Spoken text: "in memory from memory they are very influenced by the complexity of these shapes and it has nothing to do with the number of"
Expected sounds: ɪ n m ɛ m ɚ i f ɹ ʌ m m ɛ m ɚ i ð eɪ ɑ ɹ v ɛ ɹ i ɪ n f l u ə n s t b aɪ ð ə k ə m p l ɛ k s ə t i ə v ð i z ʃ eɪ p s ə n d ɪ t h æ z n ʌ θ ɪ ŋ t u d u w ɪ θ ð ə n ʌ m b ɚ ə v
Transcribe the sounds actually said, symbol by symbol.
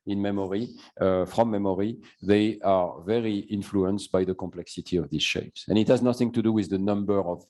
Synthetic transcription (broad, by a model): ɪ n m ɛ m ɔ i f ɹ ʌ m m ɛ m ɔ i ð eɪ ɑ ɹ v ɛ ɹ i ɪ n f l u ə n s t b aɪ ð ə k ə m p l ɛ k s ə t i ə v ð i z ʃ eɪ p s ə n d ɪ t h æ z n ʌ θ ɪ ŋ t u d u w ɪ ð ə n ʌ m b ɚ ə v